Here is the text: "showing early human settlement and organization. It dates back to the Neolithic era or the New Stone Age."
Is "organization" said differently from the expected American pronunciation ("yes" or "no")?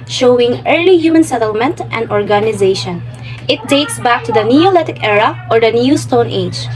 no